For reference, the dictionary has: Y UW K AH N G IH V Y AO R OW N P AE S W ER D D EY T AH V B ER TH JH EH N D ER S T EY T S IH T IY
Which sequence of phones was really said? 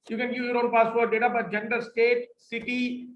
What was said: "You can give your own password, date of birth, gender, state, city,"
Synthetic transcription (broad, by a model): Y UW K AH N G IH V Y AO R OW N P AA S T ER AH D EY T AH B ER T JH EH N D ER S T EY T S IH T IY